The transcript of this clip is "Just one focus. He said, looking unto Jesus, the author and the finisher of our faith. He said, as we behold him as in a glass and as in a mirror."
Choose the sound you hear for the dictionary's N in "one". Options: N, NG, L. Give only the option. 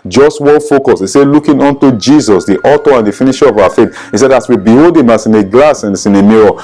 L